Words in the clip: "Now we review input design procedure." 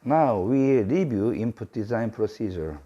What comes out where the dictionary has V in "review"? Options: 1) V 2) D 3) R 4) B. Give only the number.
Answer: 4